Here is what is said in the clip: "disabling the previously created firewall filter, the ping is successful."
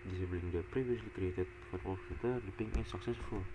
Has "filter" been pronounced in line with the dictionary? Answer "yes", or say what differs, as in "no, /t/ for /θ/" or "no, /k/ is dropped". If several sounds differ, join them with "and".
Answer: no, /l/ is dropped